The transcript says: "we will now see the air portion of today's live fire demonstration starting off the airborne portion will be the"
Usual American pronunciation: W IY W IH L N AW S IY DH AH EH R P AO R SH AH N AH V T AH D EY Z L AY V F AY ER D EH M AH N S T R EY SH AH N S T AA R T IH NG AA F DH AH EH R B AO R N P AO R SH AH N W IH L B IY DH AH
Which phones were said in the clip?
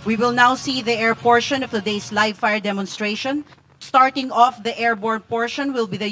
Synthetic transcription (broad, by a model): W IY W IH L N AW S IY DH AH EH R P AO R SH AH N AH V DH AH D EY S L AY V F AY ER D EH M AH N S T R EY SH AH N S T AA R T IH NG AA F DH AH EH R B AO R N P AO R SH AH N W IH L B IY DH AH